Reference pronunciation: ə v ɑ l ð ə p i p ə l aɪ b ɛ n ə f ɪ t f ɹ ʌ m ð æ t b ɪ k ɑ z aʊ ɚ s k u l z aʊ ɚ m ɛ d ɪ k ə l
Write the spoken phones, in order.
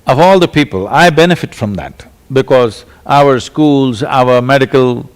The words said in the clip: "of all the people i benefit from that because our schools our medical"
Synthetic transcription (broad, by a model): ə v ɑ l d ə p i p ə l aɪ b ɛ n ə f ɪ t f ɹ ʌ m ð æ t b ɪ k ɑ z aʊ ɚ s k u l z aʊ ɚ m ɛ d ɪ k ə l